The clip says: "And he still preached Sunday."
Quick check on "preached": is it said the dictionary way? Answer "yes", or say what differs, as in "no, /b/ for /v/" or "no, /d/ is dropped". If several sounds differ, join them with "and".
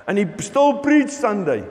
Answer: no, /b/ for /p/